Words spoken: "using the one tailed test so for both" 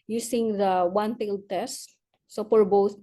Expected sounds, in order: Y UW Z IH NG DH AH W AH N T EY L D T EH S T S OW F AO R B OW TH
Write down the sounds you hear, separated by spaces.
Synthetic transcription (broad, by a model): Y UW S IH NG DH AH W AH N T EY L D T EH S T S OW P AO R B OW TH